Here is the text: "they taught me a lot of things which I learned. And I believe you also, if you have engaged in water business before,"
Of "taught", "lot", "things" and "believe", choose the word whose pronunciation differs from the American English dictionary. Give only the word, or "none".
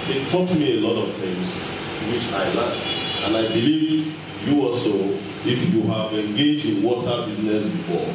things